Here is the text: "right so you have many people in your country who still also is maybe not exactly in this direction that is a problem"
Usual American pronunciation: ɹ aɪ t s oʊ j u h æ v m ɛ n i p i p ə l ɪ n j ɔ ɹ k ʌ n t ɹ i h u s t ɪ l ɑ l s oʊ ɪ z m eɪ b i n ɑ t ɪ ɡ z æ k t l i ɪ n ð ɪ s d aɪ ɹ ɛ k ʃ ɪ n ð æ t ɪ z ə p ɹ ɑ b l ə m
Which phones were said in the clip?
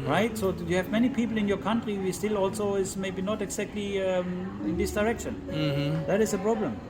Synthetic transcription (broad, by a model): ɹ aɪ t s oʊ j u h æ v m ɛ n i p i p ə l ɪ n j ɔ ɹ k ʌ n t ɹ i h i s t ɪ l ɑ l s oʊ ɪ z m eɪ b i n ɑ t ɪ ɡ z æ k t l i ɪ n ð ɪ s d aɪ ɹ ɛ k ʃ ɪ n ð æ t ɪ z ə p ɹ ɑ b l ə m